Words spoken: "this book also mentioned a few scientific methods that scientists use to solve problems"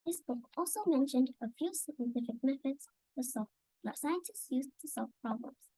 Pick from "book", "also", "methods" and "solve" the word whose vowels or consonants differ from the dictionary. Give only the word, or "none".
methods